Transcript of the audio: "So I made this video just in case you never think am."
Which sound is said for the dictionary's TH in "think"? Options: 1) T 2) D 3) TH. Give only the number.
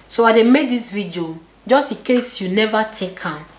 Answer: 1